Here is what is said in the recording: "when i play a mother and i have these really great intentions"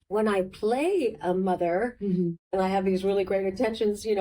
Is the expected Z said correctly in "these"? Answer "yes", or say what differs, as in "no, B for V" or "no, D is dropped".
yes